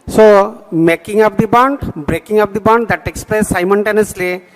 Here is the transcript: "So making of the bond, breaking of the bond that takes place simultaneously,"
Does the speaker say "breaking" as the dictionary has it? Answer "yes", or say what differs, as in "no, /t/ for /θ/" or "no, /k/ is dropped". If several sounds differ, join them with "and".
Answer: yes